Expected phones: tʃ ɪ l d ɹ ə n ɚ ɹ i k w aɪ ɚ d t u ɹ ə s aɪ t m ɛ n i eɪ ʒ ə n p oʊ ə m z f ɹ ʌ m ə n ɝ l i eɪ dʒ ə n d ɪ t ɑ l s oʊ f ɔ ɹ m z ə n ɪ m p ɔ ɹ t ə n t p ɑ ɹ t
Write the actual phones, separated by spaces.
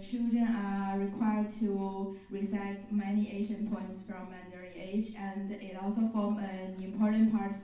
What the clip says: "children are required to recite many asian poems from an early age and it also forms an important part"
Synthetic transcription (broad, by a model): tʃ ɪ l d ɹ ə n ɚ ɹ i k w aɪ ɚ d t u ɹ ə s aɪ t m ɛ n i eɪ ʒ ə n p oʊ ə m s f ɹ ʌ m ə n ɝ i eɪ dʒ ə n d ɪ t ɑ l s oʊ f ɔ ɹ m ə n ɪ m p ɔ ɹ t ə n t p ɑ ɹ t